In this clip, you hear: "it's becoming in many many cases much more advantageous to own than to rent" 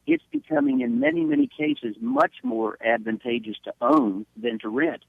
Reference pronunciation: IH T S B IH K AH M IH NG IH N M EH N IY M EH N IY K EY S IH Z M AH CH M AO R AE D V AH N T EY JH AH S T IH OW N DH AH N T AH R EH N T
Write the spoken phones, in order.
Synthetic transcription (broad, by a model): IH T S B IH K AH M IH NG IH N M EH N IY M EH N IY K EY S IH Z M AH CH M AO R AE D V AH N T EY JH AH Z T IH OW N DH AH N T AH R EH N T